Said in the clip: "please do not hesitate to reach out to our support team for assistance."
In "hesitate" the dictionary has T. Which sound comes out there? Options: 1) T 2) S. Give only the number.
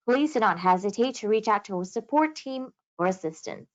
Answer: 1